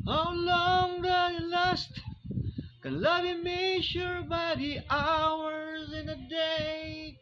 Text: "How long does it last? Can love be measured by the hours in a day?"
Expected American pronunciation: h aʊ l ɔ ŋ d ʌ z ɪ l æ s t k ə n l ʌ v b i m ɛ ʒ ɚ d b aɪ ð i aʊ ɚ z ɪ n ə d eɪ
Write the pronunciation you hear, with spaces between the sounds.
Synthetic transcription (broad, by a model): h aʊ l ɔ ŋ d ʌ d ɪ l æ s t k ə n l ʌ v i m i ʃ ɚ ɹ b aɪ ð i aʊ ɚ z ɪ n ə d eɪ